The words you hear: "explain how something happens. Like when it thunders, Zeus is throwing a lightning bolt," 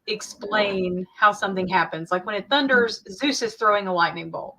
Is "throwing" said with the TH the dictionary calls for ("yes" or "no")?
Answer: yes